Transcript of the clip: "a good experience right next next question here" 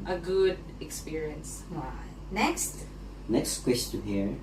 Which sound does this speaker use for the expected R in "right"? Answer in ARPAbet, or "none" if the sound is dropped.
W